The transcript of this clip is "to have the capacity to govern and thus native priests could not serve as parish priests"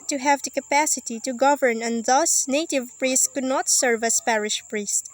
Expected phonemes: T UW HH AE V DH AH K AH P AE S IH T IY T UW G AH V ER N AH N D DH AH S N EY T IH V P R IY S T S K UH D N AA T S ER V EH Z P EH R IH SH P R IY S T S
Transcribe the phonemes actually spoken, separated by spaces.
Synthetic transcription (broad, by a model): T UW HH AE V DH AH K AH P AE S IH T IY T UW G AH V ER N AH N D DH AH S N EY T IH V P R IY S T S K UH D N AA T S ER V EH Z P EH R IH SH P R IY S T